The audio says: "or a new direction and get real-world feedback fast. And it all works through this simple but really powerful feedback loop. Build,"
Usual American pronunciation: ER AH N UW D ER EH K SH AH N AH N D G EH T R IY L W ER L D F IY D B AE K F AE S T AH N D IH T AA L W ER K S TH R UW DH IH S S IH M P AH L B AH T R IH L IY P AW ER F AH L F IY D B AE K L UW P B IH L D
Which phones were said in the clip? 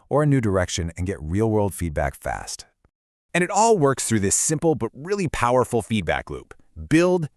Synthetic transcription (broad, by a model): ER AH N UW D ER EH K SH AH N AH N G EH T R IY L W ER L D F IY D B AE K F AE S T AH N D IH T AA L W ER K S TH R UW DH IH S S IH M P L B AH T R IH L IY P AW ER F L F IY D B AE K L UW P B IH L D